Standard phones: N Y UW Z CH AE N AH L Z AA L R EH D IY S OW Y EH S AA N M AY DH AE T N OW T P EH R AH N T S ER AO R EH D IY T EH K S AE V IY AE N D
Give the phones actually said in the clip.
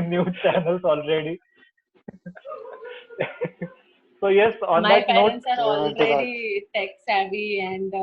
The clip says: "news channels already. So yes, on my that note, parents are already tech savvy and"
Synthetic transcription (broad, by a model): N Y UW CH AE N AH L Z AA L R EH D IY S OW Y EH S AA N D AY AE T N OW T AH T AO R EH D IY T EH K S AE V IY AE N D